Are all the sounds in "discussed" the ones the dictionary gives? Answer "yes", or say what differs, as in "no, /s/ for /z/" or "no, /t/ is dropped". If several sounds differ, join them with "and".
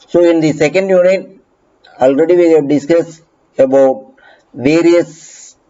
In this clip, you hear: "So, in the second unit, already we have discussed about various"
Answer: no, /t/ is dropped